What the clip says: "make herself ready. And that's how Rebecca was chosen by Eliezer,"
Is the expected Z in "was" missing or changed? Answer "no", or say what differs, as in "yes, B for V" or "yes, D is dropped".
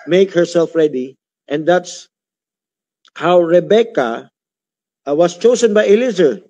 yes, S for Z